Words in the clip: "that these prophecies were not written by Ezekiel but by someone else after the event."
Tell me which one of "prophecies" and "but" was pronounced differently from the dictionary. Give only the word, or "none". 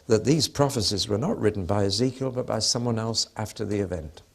none